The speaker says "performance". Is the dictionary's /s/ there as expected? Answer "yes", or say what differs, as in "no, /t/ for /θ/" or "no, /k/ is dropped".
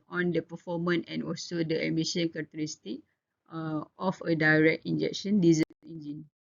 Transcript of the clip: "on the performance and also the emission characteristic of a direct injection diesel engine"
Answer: no, /s/ is dropped